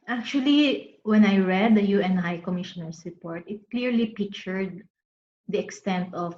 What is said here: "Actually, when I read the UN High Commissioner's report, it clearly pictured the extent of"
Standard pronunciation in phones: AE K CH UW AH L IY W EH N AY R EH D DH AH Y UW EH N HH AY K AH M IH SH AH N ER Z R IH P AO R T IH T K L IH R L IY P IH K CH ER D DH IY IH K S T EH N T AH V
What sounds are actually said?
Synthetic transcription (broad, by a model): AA K CH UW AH L IY W EH N AY R EH D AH Y UW EH N HH AY K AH M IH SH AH N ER S R IH P AO R T IH T K L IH R L IY P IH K CH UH D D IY IH K S T EH N T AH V